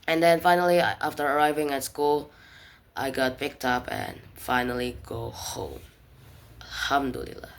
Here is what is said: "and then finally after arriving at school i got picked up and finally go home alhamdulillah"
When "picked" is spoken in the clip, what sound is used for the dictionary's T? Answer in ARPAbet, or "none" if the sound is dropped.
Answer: T